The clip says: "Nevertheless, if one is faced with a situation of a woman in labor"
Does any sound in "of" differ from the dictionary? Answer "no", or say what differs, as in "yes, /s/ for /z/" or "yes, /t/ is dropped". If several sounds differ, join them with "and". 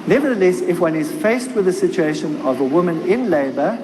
no